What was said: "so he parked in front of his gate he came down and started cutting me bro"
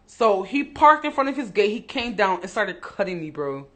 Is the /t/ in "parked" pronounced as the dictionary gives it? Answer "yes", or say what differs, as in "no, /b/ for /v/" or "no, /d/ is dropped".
yes